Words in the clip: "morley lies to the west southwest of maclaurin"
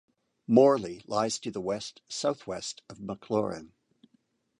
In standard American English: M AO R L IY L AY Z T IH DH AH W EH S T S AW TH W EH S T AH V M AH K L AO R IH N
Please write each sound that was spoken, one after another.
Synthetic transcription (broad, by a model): M AO R L IY L AY Z T IH DH AH W EH S T S AW TH W EH S T AH V M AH K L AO R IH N